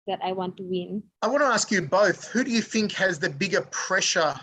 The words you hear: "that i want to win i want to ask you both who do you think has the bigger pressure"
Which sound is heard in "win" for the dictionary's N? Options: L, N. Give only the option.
N